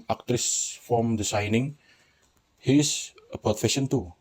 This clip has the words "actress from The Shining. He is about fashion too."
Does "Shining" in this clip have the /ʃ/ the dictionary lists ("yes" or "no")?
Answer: no